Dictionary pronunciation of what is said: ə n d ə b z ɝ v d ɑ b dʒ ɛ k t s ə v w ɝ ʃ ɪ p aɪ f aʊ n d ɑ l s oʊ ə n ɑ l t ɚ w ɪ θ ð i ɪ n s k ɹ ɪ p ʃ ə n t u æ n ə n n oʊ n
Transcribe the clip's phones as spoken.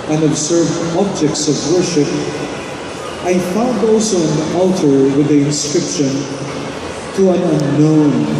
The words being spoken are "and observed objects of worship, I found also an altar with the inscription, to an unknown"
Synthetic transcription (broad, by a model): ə n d ə b z ɝ v d ɑ b dʒ ɛ k t s ə v w ɝ ʃ ɪ p aɪ f aʊ n d ɑ l s oʊ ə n ɑ l t ɚ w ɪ ð i ɪ n s k ɹ ɪ p ʃ ə n t u æ n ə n n oʊ n